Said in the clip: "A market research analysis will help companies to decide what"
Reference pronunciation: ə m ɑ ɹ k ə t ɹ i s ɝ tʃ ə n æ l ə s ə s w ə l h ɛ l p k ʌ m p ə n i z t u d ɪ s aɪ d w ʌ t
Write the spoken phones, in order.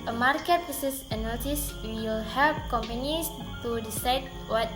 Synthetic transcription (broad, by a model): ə m ɑ ɹ k ə t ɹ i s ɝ s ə n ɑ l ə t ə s w ə l h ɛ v k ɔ m p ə n i s t u d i s aɪ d w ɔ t